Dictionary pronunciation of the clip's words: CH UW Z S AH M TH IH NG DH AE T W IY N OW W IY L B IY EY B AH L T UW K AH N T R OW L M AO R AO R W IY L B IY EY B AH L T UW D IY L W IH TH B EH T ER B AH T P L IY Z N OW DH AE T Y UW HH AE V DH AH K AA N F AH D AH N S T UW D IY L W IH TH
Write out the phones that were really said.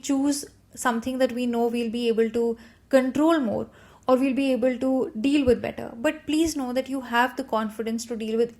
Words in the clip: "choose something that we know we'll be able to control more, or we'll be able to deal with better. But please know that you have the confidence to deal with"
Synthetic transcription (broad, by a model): CH UW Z S AH M T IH NG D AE T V IY N OW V IY L B IY EY B AH L T UW K AH N T R OW L M AO R AO R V IY L B IY EY B AH L T UW D IY L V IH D B EH T ER B AH T P L IY Z N OW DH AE T Y UW HH AE V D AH K AA N F AH D AH N S T UW D IY L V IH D